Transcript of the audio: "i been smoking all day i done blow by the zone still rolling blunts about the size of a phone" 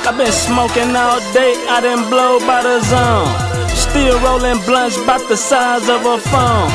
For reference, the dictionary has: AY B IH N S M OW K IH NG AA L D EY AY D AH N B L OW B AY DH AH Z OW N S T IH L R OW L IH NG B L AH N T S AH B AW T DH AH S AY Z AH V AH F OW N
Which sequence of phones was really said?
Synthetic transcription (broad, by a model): AY B IH N S M OW K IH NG AA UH D EY AY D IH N B L OW B AY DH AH Z OW N S T IH L R OW L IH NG B L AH N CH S B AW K DH AH S AY Z AH V AH F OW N